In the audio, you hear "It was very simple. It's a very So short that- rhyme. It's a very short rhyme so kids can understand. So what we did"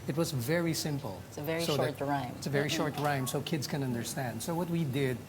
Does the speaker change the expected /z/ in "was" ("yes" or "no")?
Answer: no